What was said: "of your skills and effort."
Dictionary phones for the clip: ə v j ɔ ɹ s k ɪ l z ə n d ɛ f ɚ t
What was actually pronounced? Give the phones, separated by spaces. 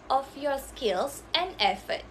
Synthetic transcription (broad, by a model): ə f j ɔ s k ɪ l s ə n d ɛ f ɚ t